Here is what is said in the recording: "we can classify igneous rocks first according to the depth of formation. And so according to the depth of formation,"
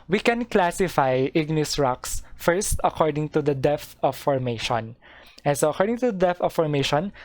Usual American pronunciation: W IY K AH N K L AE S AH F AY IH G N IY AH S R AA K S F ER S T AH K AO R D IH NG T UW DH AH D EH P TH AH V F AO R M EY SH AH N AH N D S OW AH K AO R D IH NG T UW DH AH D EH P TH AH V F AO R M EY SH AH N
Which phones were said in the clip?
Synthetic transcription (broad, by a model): W IY K AH N K L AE S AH F AY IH G N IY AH S R AA K S F ER S T AH K AO R D IH NG T UW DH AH D EH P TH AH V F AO R M EY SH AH N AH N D S OW AH K AO R D IH NG T UW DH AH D EH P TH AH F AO R M EY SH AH N